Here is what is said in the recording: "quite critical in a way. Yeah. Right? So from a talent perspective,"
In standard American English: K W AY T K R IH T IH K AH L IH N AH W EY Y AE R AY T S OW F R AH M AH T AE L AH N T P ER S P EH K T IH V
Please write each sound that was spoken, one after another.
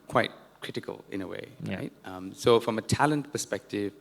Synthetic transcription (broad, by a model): K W AY T K R IH T IH K AH L IH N AH W EY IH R AY T S OW F R AH M AH T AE L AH N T P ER S P EH K T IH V